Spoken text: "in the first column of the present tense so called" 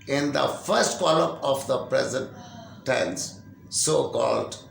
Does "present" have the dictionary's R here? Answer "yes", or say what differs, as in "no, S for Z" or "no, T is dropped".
yes